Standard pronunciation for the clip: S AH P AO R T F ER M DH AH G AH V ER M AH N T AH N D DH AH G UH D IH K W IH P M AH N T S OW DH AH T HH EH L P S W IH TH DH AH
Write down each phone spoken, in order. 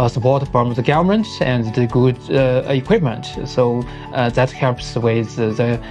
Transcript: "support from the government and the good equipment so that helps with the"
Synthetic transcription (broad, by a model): S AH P AO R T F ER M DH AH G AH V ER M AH N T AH N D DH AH G UH D IH K W IH P M AH N T S OW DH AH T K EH P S W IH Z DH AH